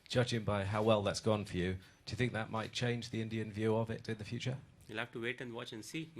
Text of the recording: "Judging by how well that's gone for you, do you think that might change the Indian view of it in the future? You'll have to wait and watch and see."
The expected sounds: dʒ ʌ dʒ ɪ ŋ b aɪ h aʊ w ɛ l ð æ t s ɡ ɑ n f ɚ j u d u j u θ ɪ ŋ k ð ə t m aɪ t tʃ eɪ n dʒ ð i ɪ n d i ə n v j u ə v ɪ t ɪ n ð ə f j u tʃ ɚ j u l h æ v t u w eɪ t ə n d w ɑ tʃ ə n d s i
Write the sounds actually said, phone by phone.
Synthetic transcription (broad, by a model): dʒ ʌ dʒ ɪ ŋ b aɪ h aʊ w ɛ l ð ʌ t s ɡ ɑ n f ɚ j u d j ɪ θ ɪ ŋ k ð ə t m aɪ t tʃ eɪ n dʒ ð i ɪ n d i ə n v j u ə v ɪ t ɪ n ð ə f j u tʃ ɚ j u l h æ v t u w eɪ t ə n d w ɑ tʃ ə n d s i